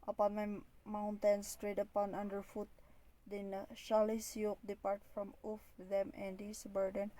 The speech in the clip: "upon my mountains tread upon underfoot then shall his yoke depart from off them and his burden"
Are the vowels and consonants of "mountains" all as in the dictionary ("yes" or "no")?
no